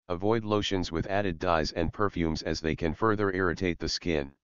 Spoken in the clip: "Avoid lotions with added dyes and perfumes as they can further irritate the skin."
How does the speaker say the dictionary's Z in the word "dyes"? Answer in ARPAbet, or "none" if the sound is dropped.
Z